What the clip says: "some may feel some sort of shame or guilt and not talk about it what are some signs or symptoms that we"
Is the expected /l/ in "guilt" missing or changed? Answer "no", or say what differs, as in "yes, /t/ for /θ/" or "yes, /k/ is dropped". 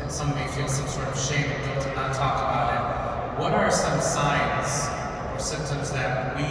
yes, /n/ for /l/